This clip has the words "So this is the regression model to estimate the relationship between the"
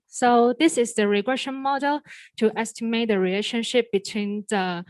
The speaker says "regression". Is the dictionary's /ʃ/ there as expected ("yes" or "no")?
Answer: yes